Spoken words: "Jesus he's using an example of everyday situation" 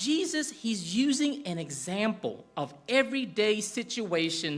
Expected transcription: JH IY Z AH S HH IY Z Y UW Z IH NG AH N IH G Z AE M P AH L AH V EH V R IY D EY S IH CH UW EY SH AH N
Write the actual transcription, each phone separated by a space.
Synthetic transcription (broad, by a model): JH IY Z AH S HH IY Z Y UW Z IH NG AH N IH G Z AE M P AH L AH V EH V R IY D EY S IH CH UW EY SH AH N